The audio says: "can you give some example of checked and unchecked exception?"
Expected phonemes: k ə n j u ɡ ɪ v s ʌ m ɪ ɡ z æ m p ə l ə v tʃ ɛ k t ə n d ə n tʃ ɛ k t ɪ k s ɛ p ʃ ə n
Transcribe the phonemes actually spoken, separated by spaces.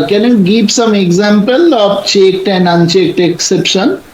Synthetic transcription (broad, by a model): k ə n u ɡ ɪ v s ʌ m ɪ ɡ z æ m p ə l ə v tʃ ɛ k t ə n d ə n tʃ ɛ k t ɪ k s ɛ p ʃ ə n